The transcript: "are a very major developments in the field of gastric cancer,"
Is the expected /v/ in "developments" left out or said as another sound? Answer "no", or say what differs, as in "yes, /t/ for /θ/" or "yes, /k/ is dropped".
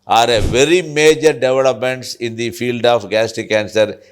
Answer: no